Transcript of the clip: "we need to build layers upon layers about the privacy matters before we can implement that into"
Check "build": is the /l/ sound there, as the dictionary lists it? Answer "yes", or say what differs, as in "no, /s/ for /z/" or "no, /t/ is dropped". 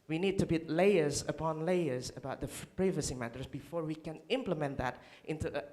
no, /l/ is dropped